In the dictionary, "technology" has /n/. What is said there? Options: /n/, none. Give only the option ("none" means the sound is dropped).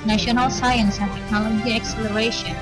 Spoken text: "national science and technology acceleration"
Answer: none